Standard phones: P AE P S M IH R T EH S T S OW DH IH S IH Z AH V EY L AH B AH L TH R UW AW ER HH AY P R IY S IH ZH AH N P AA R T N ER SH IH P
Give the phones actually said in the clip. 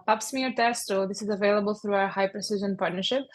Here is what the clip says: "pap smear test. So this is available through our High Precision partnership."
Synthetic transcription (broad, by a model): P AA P S M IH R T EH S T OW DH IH S IH Z AH V EY L AH B AH L TH R UW AW ER HH AY P R IY S IH ZH AH N P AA R T N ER SH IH P